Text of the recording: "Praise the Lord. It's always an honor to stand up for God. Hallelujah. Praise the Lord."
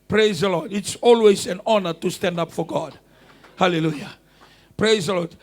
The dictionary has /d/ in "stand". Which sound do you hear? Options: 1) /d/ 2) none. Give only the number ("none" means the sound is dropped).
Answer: 1